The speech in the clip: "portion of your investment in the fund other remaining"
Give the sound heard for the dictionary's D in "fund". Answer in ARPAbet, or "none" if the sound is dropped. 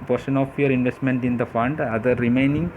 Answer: D